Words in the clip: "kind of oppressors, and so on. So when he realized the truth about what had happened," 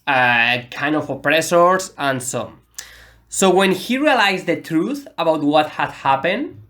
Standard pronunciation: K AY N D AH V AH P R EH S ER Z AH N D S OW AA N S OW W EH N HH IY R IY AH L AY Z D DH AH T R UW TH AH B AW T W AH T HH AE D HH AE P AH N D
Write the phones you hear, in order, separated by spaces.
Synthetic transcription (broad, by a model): K AY N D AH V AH P R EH S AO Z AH N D S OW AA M S OW W EH N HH IY R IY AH L AY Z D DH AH T R UW TH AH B AW T W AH T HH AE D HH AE P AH N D